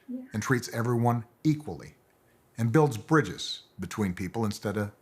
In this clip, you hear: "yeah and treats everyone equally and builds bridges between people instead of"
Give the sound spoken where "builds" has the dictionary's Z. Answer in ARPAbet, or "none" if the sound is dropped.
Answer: Z